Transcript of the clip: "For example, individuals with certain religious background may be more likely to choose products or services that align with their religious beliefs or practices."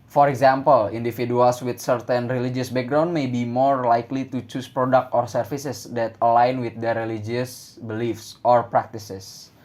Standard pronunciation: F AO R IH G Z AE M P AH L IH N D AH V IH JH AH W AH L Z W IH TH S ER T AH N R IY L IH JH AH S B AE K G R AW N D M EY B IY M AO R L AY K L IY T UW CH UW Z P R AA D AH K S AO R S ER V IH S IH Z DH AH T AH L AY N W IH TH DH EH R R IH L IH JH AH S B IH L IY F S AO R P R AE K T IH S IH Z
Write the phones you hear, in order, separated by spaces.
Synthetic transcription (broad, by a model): F AO R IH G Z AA M P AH L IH N D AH F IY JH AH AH L S W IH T S ER T AH N R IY L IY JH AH S B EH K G R AW N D M EY B IY M AO R L AY K L IY T UW CH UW S P R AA D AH K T AO R S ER F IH S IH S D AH T AH L AY N W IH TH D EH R R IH L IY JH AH S B IH L IY F S AO R P R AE K T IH S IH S